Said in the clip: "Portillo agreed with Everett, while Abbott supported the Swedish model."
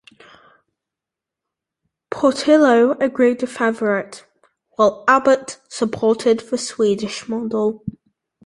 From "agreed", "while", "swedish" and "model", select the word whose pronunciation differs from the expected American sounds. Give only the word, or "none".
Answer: none